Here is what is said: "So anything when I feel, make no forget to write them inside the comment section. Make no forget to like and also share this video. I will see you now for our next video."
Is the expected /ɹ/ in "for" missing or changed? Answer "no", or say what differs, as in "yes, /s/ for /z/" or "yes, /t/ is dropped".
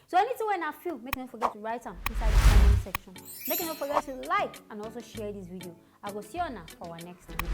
yes, /w/ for /ɹ/